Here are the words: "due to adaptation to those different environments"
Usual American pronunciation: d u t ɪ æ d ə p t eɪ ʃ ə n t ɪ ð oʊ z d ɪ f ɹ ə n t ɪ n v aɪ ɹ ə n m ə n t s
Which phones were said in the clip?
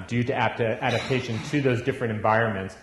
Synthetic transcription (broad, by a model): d u t ɪ æ d ə p t eɪ ʃ ə n t ɪ ð oʊ z d ɪ f ɹ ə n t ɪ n v aɪ ɹ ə n m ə n t s